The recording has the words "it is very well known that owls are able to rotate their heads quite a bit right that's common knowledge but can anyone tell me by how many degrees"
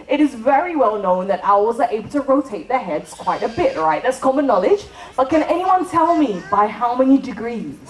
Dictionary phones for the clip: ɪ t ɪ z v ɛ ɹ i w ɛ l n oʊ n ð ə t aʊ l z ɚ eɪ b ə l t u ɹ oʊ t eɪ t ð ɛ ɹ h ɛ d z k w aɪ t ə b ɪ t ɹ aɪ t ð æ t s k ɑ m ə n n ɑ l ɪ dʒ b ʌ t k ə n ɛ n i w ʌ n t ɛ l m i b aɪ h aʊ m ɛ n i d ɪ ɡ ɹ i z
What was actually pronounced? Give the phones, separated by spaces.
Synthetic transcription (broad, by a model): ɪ t ɪ z v ɛ ɹ i w ɛ l n oʊ n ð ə t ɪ w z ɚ eɪ b ə l t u ɹ oʊ t eɪ t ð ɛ h ɛ d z k w aɪ t ə b ɪ t ɹ aɪ t ð æ t s k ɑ m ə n n ɑ l ɪ dʒ b ʌ t k ə n ɛ n i w ʌ n t ɛ l m i b aɪ h aʊ m ɛ n i d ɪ ɡ ɹ i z